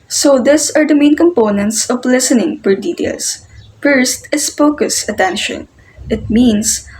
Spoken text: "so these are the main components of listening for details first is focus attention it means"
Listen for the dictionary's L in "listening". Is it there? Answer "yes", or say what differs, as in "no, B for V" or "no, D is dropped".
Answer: yes